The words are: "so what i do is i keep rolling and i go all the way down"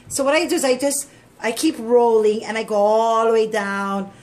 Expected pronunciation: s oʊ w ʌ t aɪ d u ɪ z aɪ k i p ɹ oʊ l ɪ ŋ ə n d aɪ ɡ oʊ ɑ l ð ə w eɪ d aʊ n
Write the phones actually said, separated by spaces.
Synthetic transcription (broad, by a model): s oʊ w ʌ t aɪ d u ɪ z aɪ k i p ɹ oʊ l ɪ ŋ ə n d aɪ ɡ oʊ ɑ l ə w eɪ d aʊ n